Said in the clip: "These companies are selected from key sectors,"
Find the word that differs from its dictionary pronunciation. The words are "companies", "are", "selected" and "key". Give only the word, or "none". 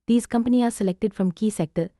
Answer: companies